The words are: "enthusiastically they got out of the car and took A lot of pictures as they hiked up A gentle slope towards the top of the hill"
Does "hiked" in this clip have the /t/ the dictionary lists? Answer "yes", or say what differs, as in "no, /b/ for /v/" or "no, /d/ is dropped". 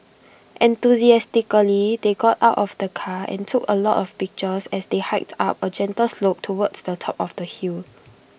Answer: yes